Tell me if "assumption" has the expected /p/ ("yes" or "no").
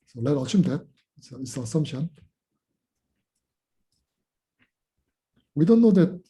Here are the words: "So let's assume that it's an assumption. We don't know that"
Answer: no